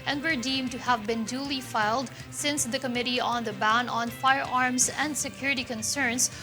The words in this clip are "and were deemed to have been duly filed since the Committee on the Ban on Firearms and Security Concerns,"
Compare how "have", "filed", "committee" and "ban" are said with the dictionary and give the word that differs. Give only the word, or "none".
none